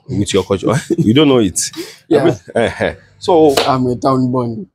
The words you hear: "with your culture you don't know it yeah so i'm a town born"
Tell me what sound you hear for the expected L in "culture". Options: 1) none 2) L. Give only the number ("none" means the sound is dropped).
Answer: 1